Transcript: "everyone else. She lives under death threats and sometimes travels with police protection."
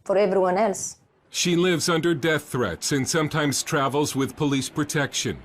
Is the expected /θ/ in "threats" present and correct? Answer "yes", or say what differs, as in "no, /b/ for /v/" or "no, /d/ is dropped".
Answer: yes